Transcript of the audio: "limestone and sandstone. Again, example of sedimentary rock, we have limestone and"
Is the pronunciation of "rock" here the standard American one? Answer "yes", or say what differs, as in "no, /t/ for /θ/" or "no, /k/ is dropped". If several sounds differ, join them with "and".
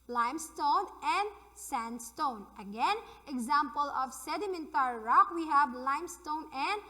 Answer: yes